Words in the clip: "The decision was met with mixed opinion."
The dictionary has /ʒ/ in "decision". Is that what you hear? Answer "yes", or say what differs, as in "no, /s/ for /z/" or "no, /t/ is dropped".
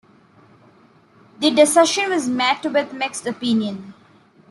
no, /ʃ/ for /ʒ/